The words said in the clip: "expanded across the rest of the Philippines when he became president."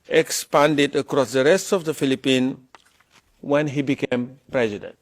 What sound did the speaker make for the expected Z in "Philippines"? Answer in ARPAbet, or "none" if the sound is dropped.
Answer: none